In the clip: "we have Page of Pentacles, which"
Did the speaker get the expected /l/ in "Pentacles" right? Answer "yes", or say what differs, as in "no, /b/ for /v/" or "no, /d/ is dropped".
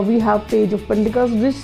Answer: no, /l/ is dropped